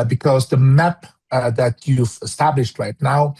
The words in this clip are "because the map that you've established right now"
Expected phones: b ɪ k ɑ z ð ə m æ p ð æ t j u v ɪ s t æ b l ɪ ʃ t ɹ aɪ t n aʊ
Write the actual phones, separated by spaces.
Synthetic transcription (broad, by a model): b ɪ k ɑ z ð ə m æ p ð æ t j u v ɪ s t æ b l ɪ ʃ t ɹ aɪ t n aʊ